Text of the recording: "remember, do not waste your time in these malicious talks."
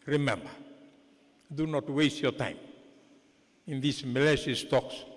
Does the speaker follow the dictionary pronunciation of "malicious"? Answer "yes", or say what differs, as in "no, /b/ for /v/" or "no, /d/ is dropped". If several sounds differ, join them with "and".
no, /s/ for /ʃ/